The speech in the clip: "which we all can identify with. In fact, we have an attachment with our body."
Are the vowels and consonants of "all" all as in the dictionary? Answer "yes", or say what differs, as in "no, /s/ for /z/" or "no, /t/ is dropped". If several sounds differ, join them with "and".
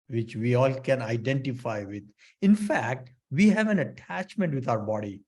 yes